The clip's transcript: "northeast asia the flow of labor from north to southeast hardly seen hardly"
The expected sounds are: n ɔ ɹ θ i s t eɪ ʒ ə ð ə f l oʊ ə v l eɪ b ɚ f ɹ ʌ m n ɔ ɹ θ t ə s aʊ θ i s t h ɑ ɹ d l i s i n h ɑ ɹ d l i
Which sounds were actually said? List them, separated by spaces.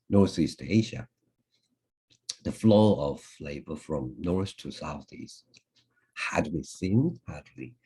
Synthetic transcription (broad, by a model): n ɔ ɹ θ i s t eɪ ʒ ə ð ə f l oʊ ə v l eɪ b ɚ f ɹ ʌ m n ɔ ɹ s t ə s aʊ θ i s t h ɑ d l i s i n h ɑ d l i